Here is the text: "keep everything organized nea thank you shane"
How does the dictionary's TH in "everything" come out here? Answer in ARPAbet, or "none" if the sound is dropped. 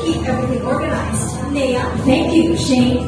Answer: TH